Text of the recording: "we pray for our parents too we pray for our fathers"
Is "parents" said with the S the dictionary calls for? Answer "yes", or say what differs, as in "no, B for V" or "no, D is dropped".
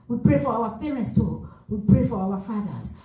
yes